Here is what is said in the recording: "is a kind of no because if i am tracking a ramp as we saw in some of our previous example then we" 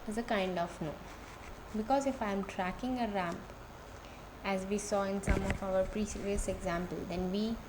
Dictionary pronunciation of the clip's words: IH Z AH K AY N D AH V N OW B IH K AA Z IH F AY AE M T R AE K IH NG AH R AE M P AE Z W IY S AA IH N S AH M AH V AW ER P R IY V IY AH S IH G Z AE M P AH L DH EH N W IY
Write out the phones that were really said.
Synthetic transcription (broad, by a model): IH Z AH K AY N D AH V N OW B IH K AA Z IH F AY M T R AE K IH NG AH R AE M P AE Z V IY S AA IH N S AH M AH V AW ER P R IY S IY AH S IH G Z AE M P AH L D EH N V IY